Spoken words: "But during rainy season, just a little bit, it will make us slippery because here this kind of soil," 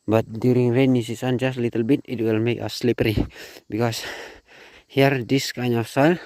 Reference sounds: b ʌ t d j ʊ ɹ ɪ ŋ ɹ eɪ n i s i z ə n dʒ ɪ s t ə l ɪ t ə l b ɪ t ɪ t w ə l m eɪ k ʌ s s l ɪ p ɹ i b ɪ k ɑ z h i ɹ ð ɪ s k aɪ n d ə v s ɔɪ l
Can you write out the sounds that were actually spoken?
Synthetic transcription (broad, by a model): b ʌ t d j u ɹ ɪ ŋ ɹ eɪ n i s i s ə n dʒ ɪ s t l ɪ t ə l b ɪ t ɪ t w ə l m eɪ k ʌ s s l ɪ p ɹ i b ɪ k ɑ s h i ɹ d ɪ s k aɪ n ə f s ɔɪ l